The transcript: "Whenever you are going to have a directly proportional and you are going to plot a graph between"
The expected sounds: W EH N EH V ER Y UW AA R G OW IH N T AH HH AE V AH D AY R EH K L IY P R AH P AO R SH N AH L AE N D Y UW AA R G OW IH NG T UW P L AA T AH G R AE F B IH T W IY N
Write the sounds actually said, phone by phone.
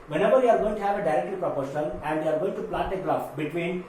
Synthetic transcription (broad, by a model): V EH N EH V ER Y UW AA R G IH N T HH AE V AH D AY R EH K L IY P R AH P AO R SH AH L AE N D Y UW AA R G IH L T UW P L AA T AH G L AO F B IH T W IY N